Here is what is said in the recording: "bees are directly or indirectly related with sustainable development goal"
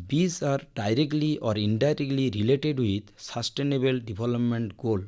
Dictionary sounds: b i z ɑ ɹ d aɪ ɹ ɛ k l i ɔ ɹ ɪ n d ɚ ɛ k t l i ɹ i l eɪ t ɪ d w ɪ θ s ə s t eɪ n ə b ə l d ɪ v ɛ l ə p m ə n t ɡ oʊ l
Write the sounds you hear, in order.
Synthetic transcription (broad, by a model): b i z ɑ ɹ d aɪ ɹ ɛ k l i ɔ ɹ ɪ n d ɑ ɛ k t l i ɹ i l eɪ t ɪ d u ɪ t s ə s t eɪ n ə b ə l d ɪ b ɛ l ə p m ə n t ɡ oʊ l